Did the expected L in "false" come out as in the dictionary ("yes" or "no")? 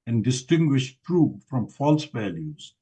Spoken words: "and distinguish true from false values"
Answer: yes